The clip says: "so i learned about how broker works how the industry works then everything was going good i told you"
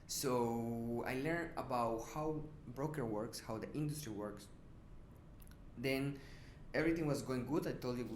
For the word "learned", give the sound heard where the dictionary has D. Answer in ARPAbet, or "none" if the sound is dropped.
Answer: none